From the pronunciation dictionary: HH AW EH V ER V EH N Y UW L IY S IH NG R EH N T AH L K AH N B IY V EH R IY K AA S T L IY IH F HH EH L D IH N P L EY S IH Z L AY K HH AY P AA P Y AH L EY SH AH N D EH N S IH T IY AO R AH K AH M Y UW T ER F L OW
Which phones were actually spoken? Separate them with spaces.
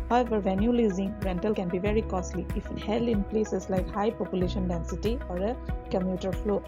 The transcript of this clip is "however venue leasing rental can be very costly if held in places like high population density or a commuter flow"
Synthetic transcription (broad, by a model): HH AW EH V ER V EH N Y UW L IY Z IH NG R EH N T AH L K AH N B IY V EH R IY K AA S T L IY IH F HH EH L IH N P L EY S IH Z L AY K HH AY P AA P Y AH L EY SH AH N D EH N S IH T IY AO R AH K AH M Y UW T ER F L OW